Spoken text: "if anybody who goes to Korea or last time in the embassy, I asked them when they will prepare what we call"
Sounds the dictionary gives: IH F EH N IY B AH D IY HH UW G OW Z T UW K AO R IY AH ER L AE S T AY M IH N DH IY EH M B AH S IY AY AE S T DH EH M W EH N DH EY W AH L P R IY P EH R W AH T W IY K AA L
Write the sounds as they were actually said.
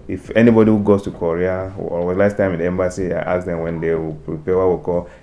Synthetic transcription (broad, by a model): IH F EH N IY B AH D IY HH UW G OW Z T UW K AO R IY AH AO L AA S T AY M IH N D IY EH M B AH S IY AY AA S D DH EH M W EH N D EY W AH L P R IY P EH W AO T W IY K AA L